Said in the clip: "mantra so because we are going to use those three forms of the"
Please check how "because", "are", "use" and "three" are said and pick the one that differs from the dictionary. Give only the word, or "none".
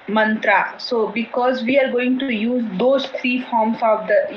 three